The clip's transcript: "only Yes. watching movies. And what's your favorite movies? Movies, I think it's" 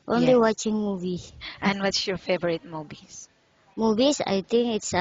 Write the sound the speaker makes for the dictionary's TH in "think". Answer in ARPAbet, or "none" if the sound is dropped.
T